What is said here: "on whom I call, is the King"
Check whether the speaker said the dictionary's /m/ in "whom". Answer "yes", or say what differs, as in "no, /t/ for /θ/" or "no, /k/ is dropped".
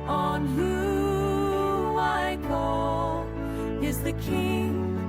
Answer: no, /m/ is dropped